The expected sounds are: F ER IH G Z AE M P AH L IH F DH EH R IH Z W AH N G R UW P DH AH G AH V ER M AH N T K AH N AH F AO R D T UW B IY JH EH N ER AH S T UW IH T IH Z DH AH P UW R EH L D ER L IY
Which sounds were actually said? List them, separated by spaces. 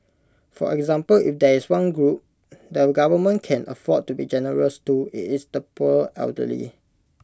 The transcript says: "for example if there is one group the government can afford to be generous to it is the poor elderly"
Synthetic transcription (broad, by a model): F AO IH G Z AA M P AH L IH F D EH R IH S W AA N G R UW P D AH G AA V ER M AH N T K AH N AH F AO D T UW B IY JH EH N ER AH S T UW IH T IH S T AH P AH L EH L D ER L IY